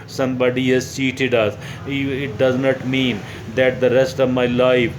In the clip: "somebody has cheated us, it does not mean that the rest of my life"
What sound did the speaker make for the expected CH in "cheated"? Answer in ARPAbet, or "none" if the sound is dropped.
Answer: S